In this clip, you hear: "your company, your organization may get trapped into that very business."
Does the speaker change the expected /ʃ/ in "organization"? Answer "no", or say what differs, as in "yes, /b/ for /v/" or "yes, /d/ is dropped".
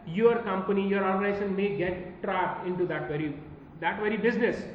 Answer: yes, /s/ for /ʃ/